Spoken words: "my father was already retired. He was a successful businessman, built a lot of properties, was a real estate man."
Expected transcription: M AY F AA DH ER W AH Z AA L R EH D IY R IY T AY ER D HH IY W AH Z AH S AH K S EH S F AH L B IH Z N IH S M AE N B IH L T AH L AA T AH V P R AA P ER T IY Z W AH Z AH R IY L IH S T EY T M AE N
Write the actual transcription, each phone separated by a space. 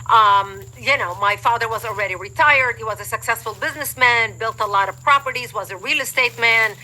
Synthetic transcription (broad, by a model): M AY F AA DH ER W AH Z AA L R EH D IY R IY T AY ER D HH IY W AH Z AH S AH K S EH S F AH L B IH Z N IH S M AE N B IH L T AH L AA T AH V P R AA P ER T IY Z W AH Z AH R IY L IH S T EY T M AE N